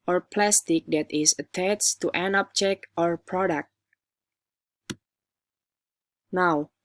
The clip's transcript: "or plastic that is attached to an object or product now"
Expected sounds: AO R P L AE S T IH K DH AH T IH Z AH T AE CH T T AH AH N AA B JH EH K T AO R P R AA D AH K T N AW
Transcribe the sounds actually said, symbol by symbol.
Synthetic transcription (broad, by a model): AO R P L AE S T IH K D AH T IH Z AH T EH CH T T AH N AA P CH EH K AO R P R AA D AH K T N AW